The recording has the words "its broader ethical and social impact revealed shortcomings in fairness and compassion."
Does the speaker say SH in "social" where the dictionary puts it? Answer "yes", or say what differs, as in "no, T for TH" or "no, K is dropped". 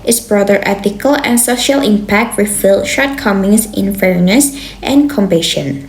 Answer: yes